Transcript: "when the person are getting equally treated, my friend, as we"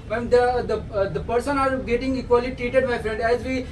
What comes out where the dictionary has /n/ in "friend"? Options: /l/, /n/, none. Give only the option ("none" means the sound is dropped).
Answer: /n/